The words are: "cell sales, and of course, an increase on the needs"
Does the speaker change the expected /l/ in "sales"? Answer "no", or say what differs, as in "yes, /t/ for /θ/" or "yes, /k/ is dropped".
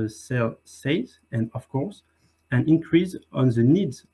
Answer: yes, /l/ is dropped